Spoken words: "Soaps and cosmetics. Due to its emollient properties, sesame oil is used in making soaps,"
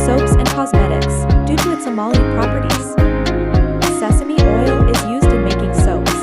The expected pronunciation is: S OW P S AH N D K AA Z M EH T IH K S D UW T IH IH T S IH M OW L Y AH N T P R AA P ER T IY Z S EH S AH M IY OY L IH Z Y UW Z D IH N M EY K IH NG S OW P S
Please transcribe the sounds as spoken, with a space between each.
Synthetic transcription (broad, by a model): S OW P S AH N K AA Z M EH T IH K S D UW T IH IH T S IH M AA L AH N P R AA P ER T IY Z S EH S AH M IY OY L IH Z Y UW Z D IH N M EY K IH NG S OW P S